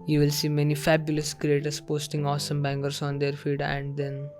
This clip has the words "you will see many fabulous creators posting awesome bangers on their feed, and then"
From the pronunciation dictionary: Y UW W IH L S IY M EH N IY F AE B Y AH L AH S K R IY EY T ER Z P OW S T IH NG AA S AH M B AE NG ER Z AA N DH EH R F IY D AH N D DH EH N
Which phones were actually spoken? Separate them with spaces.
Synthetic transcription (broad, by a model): Y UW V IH L S IY M EH N IY F AE B Y AH L AH S K R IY EY T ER S P OW S T IH NG AA S AH M B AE NG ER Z AA N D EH R F IY D AH N D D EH N